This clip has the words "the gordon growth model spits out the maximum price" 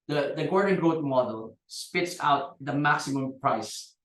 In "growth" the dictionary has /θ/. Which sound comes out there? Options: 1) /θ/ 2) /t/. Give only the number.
2